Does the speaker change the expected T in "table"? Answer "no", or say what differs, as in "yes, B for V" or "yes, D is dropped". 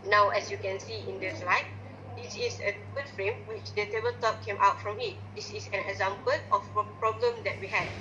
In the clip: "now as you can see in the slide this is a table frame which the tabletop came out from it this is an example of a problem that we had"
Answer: yes, S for T